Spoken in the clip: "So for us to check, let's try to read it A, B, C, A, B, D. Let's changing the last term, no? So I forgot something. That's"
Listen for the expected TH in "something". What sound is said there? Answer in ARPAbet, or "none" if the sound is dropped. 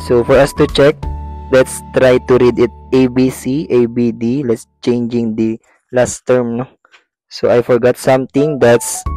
T